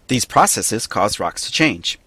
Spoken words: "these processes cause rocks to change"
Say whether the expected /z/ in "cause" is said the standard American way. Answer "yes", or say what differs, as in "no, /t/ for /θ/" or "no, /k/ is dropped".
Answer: yes